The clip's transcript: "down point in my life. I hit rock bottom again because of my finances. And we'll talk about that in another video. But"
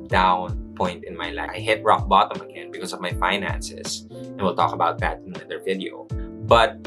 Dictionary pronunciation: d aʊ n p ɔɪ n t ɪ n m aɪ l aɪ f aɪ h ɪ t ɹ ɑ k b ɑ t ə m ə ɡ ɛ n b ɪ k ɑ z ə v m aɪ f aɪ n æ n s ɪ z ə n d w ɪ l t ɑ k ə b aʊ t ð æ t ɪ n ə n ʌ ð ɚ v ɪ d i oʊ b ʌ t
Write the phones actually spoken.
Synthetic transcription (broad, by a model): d aʊ n p ɔɪ n t ɪ n m aɪ l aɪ aɪ h ɪ t ɹ ɑ k b ɑ t ə m ə ɡ ɛ n b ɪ k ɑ s ə v m aɪ f aɪ n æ n s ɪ s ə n w ɪ l t ɑ k ə b aʊ t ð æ t ɪ n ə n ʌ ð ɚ v ɪ d i oʊ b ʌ t